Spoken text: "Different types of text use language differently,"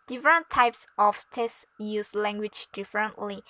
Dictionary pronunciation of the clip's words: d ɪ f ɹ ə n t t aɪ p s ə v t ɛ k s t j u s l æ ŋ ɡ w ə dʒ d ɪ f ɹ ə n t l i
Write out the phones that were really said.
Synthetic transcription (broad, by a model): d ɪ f ɹ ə n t t aɪ p s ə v t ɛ s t j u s l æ ŋ ɡ w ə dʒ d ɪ f ɹ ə n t l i